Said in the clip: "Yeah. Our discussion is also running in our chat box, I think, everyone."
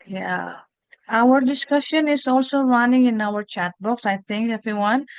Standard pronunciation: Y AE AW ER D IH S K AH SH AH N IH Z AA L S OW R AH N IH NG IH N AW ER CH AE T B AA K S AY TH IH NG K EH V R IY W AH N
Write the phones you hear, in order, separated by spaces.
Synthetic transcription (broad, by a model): Y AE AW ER D IH S K AH SH AH N IH Z AA L S OW R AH N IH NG IH N AW ER CH AE T B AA K S AY T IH NG K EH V R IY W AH N